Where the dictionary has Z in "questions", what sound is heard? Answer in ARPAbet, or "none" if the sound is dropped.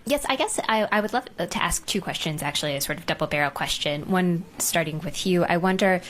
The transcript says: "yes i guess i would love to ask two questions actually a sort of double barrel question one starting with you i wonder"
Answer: Z